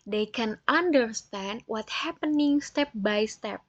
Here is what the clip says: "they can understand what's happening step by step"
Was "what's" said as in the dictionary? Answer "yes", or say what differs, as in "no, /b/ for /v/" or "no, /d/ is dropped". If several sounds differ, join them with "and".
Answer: no, /s/ is dropped